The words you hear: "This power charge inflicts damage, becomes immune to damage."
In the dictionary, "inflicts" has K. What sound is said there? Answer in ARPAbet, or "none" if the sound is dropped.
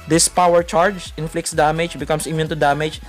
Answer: K